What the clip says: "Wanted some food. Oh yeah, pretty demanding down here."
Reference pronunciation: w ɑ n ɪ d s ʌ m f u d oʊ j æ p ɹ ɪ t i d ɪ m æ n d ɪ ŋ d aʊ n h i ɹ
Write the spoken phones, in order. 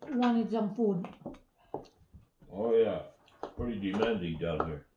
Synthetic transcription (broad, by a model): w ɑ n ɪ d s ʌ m p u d oʊ j æ p ɹ ɪ t i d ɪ m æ n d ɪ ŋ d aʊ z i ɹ